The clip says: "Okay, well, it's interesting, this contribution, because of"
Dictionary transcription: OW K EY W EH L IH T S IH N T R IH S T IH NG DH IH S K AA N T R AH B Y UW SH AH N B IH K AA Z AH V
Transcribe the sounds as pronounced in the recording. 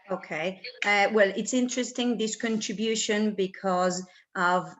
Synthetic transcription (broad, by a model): OW K EY W EH L IH T S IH N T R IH S T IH NG DH IH S K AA N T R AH B Y UW SH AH N B IH K AA Z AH V